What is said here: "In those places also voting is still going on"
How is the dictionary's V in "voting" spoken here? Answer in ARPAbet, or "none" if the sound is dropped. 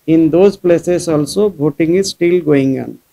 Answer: B